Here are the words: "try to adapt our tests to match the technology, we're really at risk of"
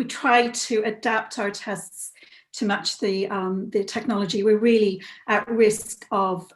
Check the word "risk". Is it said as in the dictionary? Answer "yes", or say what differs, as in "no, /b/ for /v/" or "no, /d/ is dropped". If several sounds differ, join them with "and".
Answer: yes